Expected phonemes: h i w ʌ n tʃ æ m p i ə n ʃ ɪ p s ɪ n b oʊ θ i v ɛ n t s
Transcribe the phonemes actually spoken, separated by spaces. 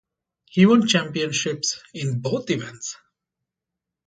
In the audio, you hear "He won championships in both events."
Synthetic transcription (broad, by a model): h i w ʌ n tʃ æ m p i ə n ʃ ɪ p s ɪ n b oʊ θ i v ɛ n t s